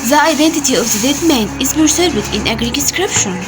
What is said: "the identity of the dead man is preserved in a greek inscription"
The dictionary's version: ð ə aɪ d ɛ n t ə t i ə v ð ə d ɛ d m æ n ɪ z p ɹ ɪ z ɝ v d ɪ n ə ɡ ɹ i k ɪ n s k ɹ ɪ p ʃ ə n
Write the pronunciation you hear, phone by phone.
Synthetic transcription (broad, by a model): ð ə aɪ d ɛ n t ə t i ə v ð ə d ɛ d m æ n ɪ z b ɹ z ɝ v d ɪ n ə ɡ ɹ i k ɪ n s k ɹ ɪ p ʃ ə n